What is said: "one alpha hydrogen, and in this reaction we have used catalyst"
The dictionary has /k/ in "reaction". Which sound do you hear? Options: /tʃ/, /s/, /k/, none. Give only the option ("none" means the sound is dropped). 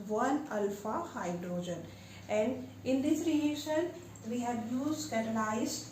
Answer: none